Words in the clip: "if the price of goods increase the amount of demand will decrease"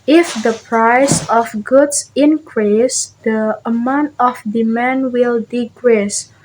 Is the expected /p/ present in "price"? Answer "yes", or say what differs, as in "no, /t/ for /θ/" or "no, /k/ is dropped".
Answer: yes